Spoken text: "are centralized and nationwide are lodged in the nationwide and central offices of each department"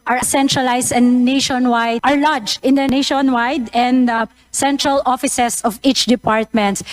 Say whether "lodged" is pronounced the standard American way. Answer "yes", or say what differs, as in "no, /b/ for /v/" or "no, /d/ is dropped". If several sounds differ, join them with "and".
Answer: no, /d/ is dropped